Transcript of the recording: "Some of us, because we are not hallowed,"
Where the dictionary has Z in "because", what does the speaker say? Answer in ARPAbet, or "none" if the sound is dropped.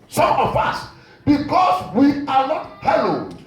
S